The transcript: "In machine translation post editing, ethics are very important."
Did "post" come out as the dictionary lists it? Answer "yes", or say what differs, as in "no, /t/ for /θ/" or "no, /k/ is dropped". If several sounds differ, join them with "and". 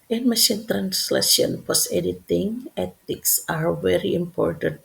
no, /t/ is dropped